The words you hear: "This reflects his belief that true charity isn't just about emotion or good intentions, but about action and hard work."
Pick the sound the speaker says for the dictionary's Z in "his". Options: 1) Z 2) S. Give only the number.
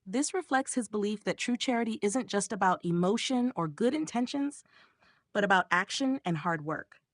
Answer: 1